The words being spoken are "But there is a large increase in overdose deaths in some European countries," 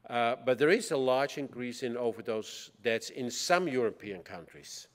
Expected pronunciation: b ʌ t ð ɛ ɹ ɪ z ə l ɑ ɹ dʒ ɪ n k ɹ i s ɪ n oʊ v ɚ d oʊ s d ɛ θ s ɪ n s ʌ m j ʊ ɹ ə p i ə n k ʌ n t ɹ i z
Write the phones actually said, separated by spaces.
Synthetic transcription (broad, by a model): b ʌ t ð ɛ ɹ ɪ z ə l ɑ ɹ dʒ ɪ n k ɹ i s ɪ n oʊ v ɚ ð oʊ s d ɛ t s ɪ n s ʌ m j ʊ ɹ ə p i ə n k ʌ n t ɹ i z